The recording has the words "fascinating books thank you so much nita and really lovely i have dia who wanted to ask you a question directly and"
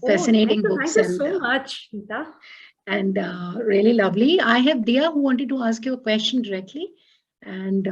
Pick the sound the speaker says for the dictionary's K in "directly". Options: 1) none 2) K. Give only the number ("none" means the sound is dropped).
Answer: 2